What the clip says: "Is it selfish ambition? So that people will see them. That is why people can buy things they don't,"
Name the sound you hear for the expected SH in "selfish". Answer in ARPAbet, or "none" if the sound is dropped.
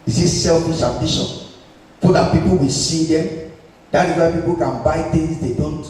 S